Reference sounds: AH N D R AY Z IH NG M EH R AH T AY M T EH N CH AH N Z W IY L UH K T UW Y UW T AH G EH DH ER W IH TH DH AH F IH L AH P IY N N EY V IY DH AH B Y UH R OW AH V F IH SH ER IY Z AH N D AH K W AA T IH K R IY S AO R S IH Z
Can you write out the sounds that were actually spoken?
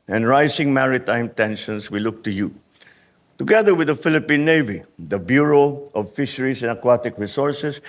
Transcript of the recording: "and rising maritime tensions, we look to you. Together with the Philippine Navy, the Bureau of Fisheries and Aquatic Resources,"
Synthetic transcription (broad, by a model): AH N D R AY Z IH NG M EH R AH T AY M T EH N SH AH N S W IY L UH K T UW Y UW T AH G EH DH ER W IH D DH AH F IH L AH P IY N N EY V IY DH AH B Y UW R OW AH V F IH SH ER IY S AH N AH K W AA T IH K R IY S AO R S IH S